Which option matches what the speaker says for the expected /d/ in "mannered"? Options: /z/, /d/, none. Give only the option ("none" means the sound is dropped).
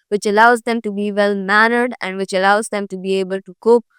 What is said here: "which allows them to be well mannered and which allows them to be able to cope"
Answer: /d/